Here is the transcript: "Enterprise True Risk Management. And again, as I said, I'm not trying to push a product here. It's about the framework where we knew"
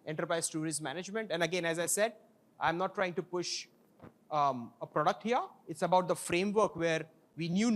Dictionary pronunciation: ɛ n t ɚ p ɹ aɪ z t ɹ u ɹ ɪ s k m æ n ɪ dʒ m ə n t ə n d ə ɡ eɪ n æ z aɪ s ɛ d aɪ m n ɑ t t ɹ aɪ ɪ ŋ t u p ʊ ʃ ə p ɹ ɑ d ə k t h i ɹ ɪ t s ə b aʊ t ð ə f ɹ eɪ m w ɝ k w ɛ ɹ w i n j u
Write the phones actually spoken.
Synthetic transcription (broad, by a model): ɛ n t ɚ p ɹ aɪ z t u ɹ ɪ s m æ n ɪ dʒ m ə n t ə n d ə ɡ eɪ n æ z aɪ s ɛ d aɪ m n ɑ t t ɹ aɪ ɪ ŋ t u p ʊ ʃ ə p ɹ ɑ d ə k t h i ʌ ɪ t s ə b aʊ t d ə f ɹ eɪ m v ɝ k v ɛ ɹ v i n j u